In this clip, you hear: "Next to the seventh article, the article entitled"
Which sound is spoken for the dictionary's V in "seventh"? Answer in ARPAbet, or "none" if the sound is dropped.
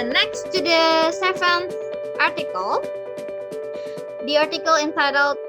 F